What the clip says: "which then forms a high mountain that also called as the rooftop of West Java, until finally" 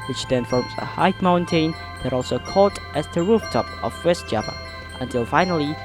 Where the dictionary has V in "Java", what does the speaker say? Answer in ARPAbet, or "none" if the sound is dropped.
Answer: P